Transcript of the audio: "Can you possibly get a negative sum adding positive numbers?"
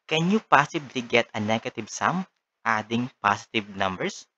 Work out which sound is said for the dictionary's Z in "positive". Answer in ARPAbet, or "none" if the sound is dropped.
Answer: S